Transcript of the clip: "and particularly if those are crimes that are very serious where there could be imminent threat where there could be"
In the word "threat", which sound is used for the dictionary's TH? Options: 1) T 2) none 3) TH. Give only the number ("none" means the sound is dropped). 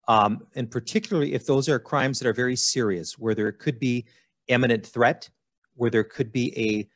3